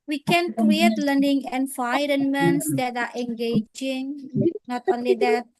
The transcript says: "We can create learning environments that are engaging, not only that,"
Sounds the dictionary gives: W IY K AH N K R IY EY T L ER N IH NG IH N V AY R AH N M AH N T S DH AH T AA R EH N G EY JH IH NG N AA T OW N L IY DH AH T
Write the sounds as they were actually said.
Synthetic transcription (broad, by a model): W IY K AH N K R IY EY T L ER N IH NG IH N F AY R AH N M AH N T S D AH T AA R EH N G EY JH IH NG N AA T OW N L IY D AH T